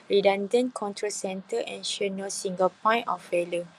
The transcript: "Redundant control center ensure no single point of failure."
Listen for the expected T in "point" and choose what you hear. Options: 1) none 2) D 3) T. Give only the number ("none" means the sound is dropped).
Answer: 1